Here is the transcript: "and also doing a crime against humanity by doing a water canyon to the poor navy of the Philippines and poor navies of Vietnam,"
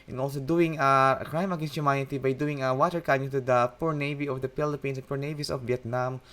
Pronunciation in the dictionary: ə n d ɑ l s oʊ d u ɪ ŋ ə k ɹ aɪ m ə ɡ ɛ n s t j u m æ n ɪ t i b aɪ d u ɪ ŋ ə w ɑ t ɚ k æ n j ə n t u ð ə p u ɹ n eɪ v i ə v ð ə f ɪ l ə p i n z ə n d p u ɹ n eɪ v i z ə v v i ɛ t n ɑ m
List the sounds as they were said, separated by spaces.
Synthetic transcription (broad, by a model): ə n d ɑ l s oʊ d u ɪ ŋ ə k ɹ aɪ m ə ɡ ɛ n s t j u m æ n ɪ t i b aɪ d u ɪ ŋ ə w ɑ t ɚ k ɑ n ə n t u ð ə p u ɹ n eɪ v i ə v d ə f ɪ l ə p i n s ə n p u ɹ n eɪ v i s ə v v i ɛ t n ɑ m